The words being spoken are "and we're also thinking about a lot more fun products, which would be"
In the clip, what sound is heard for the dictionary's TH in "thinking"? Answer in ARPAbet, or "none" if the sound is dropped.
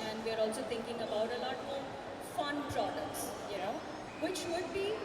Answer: T